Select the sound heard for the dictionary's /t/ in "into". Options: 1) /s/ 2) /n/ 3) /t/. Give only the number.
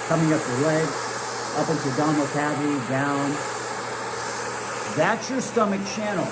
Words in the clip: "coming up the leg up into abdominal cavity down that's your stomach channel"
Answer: 3